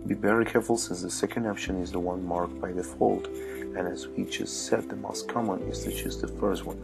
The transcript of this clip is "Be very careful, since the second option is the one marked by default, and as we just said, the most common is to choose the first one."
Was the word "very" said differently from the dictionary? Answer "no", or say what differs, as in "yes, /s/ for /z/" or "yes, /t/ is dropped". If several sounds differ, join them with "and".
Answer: yes, /b/ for /v/